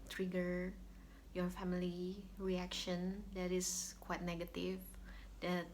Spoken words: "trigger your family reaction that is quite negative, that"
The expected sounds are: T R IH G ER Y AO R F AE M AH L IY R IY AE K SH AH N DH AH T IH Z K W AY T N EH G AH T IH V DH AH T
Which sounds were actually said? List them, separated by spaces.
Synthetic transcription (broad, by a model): T R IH G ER Y AO R F AE M AH L IY R IY AE K SH AH N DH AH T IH S K W AY T N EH G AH T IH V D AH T